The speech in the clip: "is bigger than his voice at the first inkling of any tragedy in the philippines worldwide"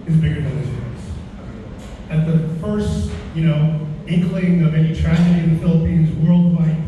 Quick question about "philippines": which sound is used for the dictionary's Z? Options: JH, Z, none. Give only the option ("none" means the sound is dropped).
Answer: Z